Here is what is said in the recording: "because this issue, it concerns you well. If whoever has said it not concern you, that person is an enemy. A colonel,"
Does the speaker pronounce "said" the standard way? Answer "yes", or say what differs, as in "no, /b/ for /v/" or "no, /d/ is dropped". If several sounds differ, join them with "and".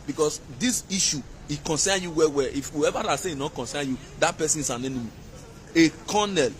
no, /d/ is dropped